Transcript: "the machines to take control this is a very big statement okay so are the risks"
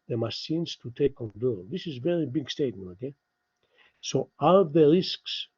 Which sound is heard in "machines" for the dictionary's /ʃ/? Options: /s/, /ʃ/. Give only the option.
/s/